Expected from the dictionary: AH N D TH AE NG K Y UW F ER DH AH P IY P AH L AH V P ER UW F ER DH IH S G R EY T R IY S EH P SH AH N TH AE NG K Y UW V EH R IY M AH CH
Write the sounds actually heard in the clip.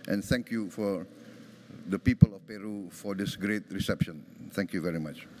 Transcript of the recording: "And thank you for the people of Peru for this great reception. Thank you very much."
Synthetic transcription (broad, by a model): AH N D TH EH NG K Y UW F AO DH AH P IY P AH L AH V P ER UW F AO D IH S G R EY T R IY S EH P SH AH N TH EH NG K Y UW V EH R IY M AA CH